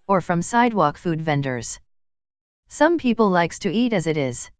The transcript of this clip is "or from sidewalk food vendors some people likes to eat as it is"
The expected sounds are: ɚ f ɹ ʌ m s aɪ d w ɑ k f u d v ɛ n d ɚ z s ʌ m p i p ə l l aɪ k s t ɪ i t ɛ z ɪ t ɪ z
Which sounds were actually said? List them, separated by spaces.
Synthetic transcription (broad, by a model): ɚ f ɹ ʌ m s aɪ d w ɑ k f u d v ɛ n d ɚ z s ʌ m p i p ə l l aɪ k s t ɪ i t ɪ z ɪ t ɪ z